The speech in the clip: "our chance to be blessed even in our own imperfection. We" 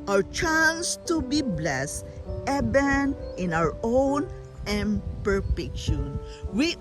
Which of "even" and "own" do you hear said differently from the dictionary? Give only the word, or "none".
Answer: even